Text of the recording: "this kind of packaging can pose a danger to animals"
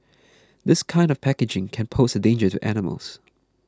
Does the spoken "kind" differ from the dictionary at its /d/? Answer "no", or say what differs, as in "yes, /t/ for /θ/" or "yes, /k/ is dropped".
no